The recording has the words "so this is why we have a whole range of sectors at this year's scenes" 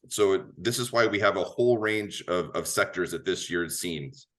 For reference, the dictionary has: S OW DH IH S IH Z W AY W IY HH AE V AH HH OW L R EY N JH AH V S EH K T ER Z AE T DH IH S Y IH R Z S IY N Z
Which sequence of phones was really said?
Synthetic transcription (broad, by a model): S OW DH IH S IH Z W AY W IY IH V AH HH OW L R EY N JH AH V S EH K T ER Z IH T DH IH S Y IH R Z S IY N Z